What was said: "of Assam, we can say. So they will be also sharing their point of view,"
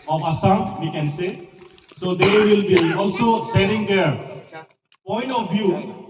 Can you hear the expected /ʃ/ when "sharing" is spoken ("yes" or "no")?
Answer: no